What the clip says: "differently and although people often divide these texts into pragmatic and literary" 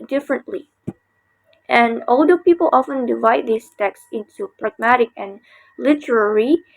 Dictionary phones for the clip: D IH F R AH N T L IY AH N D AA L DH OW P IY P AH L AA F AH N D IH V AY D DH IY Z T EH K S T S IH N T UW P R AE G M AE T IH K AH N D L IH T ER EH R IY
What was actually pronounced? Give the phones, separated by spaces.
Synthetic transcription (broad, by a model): D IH F R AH N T L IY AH N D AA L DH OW P IY P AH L AA F AH N D IH V AY D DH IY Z T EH K S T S IH N T UW P R AE G M AE T IH K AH N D L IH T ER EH R IY